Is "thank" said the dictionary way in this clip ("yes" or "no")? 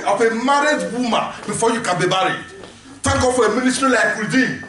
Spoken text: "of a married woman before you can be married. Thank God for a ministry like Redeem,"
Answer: no